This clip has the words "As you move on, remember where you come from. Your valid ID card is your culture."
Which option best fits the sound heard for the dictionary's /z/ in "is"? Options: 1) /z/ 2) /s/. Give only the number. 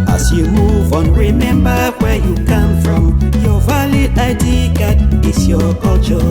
2